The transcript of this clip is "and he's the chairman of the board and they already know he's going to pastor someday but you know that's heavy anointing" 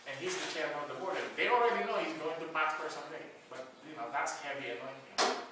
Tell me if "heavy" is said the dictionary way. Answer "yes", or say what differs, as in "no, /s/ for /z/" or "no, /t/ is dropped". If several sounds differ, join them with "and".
no, /b/ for /v/